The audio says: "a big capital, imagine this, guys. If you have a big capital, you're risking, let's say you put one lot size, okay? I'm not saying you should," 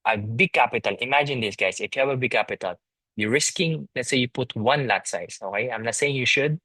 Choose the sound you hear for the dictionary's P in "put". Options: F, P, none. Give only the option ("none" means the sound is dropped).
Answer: P